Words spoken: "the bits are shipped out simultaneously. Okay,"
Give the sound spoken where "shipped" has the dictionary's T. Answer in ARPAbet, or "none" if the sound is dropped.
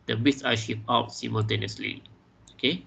none